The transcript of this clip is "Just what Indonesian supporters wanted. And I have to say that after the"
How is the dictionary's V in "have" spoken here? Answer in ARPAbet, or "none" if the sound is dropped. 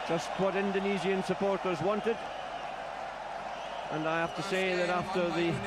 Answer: F